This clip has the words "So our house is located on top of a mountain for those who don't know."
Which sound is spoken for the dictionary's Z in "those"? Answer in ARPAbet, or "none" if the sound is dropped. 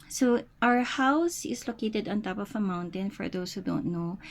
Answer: S